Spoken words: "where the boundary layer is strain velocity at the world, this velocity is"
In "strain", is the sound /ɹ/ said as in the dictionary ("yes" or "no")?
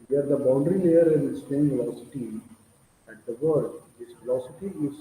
no